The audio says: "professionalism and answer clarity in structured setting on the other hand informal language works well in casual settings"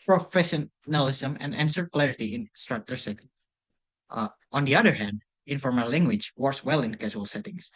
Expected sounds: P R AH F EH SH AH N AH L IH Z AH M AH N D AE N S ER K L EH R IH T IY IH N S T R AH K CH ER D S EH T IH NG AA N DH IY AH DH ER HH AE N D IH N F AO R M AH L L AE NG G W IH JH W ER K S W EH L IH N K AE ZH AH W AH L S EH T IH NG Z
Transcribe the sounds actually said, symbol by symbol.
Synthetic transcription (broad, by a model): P R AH F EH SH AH N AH L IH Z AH M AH N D AE N S ER K L EH R IH T IY IH N S T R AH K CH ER S EH T IH NG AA N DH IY AH DH ER HH AE N D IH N F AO R M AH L L AE NG G W IH JH W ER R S W EH L IH N K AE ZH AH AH L S EH T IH NG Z